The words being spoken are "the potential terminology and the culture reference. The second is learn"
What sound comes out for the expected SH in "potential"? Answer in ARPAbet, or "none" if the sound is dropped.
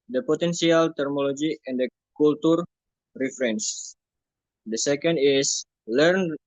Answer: S